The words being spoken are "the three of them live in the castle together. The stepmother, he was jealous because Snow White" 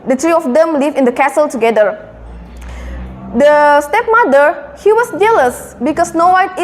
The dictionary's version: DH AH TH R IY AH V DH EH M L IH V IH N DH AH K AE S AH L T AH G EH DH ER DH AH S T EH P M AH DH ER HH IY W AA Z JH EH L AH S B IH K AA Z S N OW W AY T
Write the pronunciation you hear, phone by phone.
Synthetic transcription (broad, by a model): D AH T R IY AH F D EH M L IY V IH N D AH K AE S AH L T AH G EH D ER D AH S T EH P M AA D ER HH IY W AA S JH EH L AH S B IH K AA S N OW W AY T